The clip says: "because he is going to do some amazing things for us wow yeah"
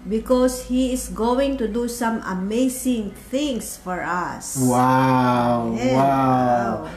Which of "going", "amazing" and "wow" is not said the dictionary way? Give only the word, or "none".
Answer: amazing